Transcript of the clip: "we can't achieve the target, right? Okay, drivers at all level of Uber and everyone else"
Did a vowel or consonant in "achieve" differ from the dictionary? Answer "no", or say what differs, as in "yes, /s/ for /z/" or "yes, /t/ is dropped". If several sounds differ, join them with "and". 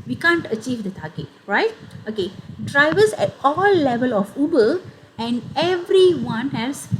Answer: no